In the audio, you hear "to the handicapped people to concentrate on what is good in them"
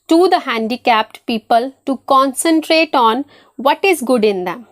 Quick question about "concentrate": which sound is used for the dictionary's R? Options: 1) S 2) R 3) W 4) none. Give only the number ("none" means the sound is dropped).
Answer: 2